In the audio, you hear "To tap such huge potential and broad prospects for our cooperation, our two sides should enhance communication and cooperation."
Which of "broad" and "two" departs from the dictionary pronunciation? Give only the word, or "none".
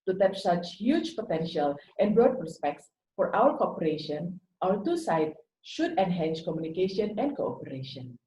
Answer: broad